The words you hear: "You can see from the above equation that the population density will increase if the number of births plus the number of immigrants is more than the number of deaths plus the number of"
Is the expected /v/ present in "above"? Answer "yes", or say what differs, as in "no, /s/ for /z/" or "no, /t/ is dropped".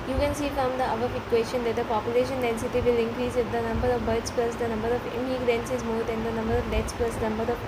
no, /f/ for /v/